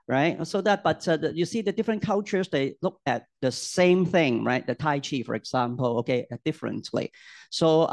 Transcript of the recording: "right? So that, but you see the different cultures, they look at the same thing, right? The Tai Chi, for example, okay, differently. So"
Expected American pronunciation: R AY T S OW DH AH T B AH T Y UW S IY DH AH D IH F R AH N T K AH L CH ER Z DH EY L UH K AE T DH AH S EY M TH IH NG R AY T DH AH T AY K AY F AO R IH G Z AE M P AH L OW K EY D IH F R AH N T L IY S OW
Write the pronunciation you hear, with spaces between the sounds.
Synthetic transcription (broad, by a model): R AY T S OW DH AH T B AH T Y UW S IY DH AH D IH F R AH N K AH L CH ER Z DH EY L UH K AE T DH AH S EY M TH IH NG R AY T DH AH T AY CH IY F AO R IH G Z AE M P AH L OW K EY D IH F R AH N T L IY S OW